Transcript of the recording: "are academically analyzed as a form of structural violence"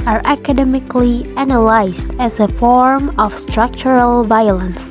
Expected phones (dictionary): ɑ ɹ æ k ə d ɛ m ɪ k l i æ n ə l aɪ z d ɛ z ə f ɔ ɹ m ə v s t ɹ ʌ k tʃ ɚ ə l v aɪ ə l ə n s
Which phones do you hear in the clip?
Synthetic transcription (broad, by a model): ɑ ɹ æ k ə d ɛ m ɪ k l i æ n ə l aɪ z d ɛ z ə f ɔ ɹ m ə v s t ɹ ʌ k tʃ ɚ ə l v aɪ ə l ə n s